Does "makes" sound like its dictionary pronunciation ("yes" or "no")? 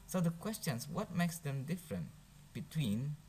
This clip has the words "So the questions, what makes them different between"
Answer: yes